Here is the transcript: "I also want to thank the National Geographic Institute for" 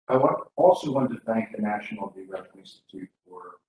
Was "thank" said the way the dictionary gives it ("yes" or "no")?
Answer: yes